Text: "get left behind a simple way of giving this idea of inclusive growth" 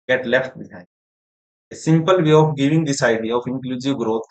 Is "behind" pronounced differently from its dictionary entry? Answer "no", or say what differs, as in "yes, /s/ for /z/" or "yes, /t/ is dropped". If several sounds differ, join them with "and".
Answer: yes, /n/ is dropped